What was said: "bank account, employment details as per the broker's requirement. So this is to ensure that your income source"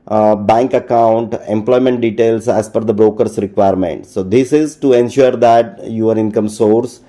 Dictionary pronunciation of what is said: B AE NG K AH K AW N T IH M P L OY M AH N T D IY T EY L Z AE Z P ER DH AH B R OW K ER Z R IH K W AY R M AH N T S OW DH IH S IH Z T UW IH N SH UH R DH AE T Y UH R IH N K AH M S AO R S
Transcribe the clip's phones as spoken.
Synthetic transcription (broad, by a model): B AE NG K AH K AW N T IH M P L OY M AH N T D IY T EY L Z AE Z F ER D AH B R OW K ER S R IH K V AY R M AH N T S OW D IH S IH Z T UW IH N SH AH R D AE T Y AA R IH N K AH M S AO R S